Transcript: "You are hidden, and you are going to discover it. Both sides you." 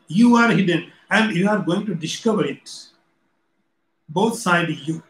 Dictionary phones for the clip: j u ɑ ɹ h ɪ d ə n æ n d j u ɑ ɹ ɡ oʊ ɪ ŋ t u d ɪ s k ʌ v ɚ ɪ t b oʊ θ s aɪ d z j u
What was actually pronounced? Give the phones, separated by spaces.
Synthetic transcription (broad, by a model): j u ɑ ɹ h ɪ d ə n æ n d j u ɑ ɹ ɡ oʊ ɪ ŋ t u d ɪ s k ʌ v ɚ ɪ t b oʊ t s aɪ d j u